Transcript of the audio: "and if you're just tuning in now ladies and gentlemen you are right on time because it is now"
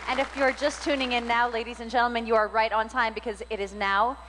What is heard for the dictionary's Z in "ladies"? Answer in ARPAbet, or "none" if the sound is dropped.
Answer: Z